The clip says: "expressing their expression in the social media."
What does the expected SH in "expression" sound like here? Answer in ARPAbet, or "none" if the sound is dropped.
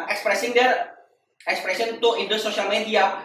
S